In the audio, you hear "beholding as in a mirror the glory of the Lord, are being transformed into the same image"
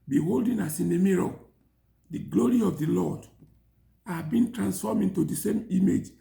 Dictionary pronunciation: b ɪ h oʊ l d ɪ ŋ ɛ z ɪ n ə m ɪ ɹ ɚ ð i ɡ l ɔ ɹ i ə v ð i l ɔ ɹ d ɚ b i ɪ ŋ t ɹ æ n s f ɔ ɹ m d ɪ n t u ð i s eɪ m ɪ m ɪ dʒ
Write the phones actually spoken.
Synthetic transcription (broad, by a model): b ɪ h oʊ l d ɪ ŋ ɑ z ɪ n ə m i ɹ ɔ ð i ɡ l ɔ ɹ i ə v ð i l ɔ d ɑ b i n t ɹ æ n s f ɔ m ɪ n t u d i s eɪ m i m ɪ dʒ